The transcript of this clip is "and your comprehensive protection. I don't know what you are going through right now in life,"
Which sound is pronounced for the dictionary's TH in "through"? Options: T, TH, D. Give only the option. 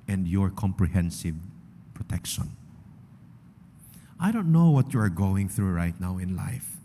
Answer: TH